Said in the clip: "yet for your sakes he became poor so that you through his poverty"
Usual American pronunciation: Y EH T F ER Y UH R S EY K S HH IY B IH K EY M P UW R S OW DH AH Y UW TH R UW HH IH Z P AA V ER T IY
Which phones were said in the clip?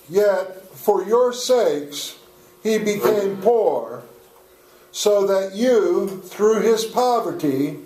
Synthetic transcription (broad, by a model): Y EH T F ER Y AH R S EY K S HH IY B IH K EY M P UW R S OW DH AH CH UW TH R UW IH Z P AA V ER T IY